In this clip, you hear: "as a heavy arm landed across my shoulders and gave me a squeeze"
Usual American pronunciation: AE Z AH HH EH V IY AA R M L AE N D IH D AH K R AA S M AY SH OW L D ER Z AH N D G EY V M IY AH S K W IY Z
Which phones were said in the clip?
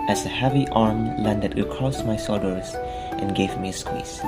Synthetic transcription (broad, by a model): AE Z AH HH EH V IY AA R M L AE N D IH D AH K R AA S M AY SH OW D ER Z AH N G EY V M IY AH S K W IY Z